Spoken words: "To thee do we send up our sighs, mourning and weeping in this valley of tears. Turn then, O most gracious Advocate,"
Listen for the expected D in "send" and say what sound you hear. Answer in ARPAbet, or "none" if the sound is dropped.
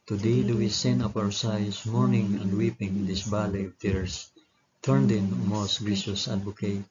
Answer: none